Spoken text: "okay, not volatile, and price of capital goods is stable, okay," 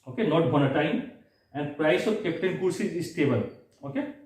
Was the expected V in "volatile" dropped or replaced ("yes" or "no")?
yes